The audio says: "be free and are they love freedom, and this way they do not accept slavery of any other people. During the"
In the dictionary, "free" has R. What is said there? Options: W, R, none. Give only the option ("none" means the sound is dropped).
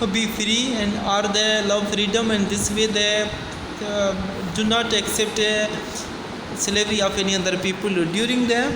R